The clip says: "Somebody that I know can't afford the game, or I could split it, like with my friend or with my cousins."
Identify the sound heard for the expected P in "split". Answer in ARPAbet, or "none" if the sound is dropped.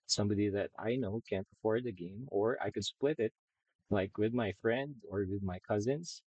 P